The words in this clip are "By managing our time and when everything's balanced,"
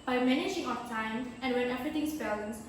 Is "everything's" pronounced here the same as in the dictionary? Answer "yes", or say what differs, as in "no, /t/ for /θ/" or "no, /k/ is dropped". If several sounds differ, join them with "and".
no, /t/ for /θ/